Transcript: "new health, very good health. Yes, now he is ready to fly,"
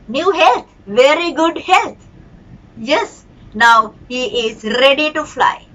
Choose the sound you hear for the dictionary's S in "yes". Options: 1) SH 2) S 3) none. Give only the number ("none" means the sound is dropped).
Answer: 2